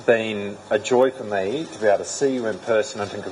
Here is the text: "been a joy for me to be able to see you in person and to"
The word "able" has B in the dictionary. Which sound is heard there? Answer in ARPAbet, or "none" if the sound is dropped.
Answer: none